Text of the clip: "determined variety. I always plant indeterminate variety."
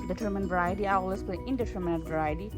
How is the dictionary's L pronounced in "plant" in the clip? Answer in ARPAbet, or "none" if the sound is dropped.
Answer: none